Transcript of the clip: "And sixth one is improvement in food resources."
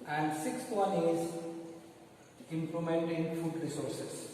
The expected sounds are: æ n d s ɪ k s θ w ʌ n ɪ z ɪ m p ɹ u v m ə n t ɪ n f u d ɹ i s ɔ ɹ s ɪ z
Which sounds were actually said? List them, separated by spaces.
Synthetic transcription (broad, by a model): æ n d s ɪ k s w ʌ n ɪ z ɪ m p l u m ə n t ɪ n f u d ɹ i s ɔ ɹ s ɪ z